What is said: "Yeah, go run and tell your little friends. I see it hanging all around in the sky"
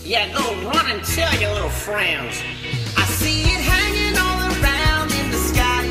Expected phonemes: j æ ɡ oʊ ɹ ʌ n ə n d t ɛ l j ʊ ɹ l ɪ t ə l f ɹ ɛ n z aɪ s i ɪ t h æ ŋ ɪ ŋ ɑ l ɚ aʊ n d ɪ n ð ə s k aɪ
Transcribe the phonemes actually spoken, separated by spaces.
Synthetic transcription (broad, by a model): j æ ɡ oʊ ɹ ʌ n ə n t ɛ l j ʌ ɹ l ɪ t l f ɹ ɛ n z aɪ s i ɪ t h æ ŋ ɪ ŋ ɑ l ɚ aʊ n d ɪ n ð ə s k aɪ